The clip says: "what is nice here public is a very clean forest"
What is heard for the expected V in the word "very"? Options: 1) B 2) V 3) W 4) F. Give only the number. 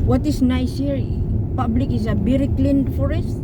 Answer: 1